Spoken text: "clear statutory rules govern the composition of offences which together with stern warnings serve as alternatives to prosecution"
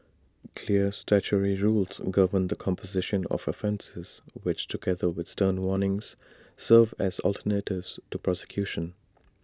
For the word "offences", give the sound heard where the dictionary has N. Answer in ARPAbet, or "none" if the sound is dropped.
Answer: N